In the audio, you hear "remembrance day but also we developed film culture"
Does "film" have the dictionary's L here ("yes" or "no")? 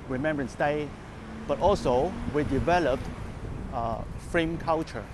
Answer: no